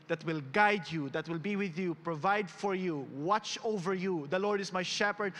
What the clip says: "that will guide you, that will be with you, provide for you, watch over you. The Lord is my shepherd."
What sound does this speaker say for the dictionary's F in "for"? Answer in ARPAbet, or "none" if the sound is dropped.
F